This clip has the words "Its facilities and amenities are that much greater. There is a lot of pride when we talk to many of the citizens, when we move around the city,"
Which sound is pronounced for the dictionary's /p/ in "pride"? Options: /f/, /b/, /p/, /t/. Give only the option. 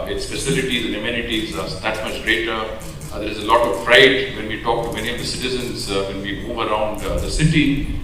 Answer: /f/